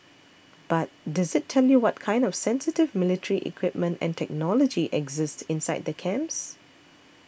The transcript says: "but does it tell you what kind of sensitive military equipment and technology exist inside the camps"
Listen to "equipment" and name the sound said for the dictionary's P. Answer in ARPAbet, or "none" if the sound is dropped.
P